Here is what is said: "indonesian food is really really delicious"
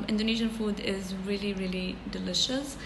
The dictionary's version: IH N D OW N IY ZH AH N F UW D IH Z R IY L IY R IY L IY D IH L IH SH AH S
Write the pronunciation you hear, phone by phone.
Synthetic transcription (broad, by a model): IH N D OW N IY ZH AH N F UW D IH Z R IY L IY R IY L IY D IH L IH SH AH S